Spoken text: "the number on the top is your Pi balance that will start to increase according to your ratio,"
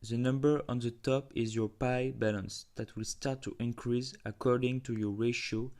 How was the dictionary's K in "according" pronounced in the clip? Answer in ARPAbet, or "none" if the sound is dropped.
K